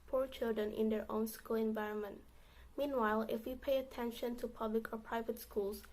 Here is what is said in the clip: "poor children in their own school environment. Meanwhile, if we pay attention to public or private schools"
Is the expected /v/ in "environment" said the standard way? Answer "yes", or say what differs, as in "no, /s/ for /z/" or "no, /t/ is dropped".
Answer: yes